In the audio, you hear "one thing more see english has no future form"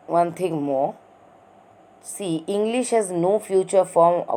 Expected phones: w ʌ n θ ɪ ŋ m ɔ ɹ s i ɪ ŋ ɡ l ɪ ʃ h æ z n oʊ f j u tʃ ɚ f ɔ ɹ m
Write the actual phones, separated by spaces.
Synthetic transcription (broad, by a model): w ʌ n t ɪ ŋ m ɔ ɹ s i ɪ ŋ ɡ l ɪ ʃ h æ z n oʊ f j u tʃ ɚ f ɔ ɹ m